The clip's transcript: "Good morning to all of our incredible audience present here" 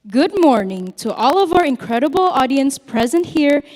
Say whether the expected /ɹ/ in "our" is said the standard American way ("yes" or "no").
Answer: yes